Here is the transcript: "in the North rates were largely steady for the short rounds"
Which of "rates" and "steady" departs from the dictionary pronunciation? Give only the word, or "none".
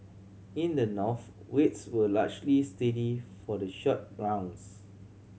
rates